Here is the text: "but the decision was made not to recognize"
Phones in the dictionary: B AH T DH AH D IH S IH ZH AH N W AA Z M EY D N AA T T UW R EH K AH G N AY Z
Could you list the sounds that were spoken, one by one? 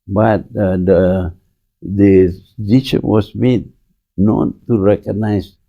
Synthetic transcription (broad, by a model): B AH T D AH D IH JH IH SH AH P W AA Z M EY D N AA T T UW R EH K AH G N AY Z